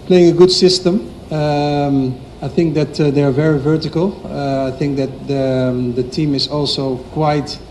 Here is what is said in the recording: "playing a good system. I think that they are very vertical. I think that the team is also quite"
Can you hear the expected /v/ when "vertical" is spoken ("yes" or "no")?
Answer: yes